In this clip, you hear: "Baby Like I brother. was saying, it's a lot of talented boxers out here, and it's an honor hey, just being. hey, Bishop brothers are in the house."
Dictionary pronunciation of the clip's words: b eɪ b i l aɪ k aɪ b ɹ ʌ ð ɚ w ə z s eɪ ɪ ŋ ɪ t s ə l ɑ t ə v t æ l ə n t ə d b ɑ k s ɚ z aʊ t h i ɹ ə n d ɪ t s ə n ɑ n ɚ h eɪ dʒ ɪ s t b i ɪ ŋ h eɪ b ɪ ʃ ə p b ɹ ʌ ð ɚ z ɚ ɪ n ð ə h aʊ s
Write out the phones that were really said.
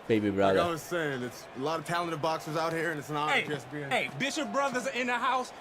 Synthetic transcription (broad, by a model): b eɪ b i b ɹ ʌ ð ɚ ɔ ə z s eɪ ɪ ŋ ɪ t s ə l ɑ t ə v t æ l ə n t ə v b ɑ k s ɚ z aʊ t h i ɹ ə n ɪ t s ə n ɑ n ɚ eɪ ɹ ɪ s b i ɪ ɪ b ɪ ʃ ə p b ɹ ʌ ð ɚ z ɪ n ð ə h aʊ s